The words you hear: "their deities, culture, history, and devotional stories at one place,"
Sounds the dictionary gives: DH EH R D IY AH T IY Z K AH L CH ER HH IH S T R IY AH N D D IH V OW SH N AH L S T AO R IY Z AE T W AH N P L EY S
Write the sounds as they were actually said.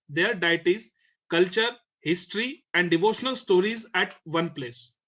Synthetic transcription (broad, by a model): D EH R D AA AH T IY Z K AH L CH ER HH IH S T R IY AH N D D IH V OW SH N AH L S T AO R IY Z AE T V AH N P L EY S